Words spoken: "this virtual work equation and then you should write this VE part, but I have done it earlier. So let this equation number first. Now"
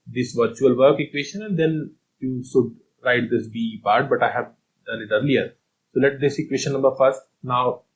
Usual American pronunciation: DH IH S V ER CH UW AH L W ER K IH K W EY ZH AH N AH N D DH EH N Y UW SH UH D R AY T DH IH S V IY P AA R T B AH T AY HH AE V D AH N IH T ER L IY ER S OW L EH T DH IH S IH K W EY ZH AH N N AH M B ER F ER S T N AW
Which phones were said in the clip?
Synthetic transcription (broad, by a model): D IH S V ER CH UW AH L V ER K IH K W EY SH AH N AH N D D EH N Y UW SH UH D R AY T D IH S B IY P AA R T B AH T AY HH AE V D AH L IH T ER L IY ER S OW L EH T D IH S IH K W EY SH AH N N AH M B ER F ER S T N AW